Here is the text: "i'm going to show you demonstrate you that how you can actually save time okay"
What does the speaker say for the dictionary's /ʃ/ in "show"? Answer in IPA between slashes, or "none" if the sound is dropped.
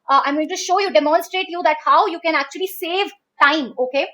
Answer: /ʃ/